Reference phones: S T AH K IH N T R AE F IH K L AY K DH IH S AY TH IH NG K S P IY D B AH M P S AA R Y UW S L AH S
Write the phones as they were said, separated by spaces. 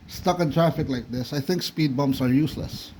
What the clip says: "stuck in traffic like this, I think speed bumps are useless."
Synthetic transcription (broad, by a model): S T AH K IH N T R AE F IH K L AY K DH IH S AY TH IH NG K S P IY D B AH M B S AA R Y UW S L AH S